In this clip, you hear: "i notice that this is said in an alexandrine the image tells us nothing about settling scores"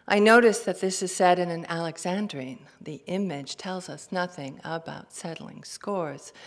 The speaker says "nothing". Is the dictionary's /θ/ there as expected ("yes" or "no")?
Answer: yes